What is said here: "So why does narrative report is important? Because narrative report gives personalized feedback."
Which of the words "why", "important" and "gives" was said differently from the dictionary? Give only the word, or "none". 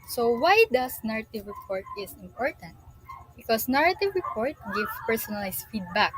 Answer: gives